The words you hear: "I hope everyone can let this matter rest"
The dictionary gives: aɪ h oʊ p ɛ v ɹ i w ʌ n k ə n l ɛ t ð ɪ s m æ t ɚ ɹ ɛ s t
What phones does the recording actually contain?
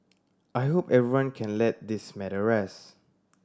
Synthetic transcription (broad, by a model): aɪ h oʊ p ɛ v ɹ i w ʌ n k ə n l ɛ t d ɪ s m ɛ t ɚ ɹ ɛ s